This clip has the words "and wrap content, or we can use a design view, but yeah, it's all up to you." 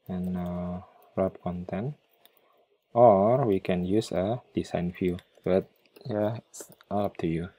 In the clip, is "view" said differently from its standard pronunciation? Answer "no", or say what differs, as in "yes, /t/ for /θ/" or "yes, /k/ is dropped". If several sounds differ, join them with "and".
yes, /f/ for /v/